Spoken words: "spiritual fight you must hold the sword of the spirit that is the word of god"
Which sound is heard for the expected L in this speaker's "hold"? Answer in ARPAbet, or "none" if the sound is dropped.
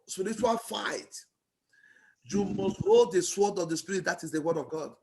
none